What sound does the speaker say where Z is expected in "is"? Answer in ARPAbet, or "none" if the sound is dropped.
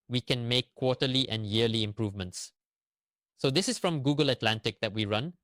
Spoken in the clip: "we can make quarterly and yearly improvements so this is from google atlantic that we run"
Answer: S